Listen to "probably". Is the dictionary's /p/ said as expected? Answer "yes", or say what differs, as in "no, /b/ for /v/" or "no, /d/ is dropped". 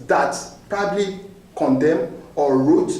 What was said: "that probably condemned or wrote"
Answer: yes